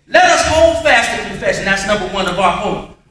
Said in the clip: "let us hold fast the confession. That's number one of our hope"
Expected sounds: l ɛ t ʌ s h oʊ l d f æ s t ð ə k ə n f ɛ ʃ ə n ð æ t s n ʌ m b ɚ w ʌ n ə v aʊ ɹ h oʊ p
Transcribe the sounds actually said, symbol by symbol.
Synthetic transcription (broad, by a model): l ɛ t ʌ s h oʊ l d f æ s t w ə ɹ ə f ɛ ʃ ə n ð æ t s n ʌ m b ɚ w ʌ n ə b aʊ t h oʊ